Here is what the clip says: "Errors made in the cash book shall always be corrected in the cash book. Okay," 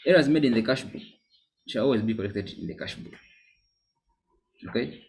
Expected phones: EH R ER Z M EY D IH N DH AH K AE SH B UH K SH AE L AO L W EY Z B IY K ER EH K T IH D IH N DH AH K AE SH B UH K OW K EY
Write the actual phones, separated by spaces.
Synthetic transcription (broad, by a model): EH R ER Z M EY D IH N DH AH K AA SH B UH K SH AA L AO L W EY Z B IY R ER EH K T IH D IH N DH AH K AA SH B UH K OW K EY